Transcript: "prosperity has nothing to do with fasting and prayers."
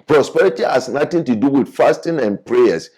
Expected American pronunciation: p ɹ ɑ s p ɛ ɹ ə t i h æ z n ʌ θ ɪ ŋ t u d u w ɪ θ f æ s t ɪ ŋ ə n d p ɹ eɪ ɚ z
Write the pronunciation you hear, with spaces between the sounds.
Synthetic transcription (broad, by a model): p ɹ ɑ s p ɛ ɹ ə t i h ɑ s n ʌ t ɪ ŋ t u d u w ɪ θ f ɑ s t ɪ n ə n p ɹ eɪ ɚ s